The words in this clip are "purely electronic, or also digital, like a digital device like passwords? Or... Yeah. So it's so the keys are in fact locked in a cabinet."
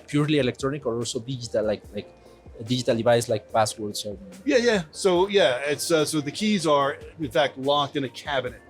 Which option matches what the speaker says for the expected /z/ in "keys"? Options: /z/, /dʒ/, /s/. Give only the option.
/z/